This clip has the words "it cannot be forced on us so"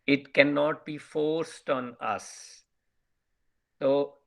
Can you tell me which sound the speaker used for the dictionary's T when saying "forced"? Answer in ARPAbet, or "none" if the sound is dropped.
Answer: T